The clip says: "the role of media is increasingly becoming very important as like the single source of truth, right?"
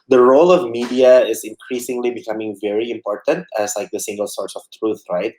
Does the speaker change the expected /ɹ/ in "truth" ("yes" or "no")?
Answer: no